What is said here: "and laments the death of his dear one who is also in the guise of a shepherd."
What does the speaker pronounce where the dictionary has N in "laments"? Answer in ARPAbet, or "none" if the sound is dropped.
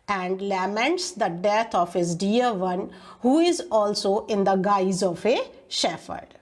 N